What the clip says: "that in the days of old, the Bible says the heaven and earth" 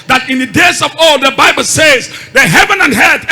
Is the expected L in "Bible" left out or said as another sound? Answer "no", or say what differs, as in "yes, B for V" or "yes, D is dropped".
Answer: no